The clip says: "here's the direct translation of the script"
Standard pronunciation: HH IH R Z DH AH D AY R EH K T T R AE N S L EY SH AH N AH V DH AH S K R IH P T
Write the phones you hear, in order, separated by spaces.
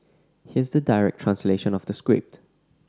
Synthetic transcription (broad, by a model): HH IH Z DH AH D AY R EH K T T R AE N S L EY SH AH N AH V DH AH S K R IH P T